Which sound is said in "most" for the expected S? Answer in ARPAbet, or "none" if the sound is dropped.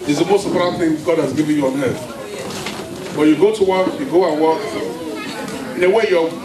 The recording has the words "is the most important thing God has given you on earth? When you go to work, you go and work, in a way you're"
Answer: S